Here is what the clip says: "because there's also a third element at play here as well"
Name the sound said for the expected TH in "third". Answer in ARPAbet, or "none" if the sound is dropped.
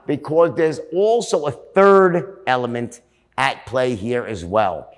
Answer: TH